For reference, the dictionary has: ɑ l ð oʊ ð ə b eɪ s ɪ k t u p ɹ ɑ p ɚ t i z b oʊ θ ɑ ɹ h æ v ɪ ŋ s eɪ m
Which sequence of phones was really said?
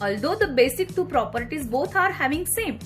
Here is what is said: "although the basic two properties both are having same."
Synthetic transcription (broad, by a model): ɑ l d oʊ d ə b eɪ s ɪ k t u p ɹ ɑ p ɚ t i z b oʊ t ɑ ɹ h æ v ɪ ŋ s eɪ m